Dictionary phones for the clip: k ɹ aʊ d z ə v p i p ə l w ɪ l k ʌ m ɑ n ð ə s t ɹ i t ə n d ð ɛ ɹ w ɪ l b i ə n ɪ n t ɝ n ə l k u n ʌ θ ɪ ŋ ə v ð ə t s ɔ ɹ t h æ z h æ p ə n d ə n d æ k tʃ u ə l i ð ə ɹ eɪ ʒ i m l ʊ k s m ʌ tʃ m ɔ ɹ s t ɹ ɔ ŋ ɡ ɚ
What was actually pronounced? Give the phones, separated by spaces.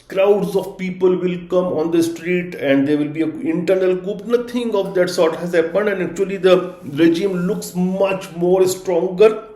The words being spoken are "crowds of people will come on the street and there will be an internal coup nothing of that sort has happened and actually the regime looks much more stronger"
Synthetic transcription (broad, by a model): k ɹ aʊ d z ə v p i p ə l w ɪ l k ʌ m ɑ n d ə s t ɹ i t ə n d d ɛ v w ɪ l b i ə ɪ n t ɝ n ə l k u n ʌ t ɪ ŋ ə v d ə t s ɔ ɹ t h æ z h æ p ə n ə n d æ k tʃ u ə l i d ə ɹ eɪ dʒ i m l ʊ k s m ʌ tʃ m ɔ ɹ s t ɹ ɔ ŋ ɡ ɚ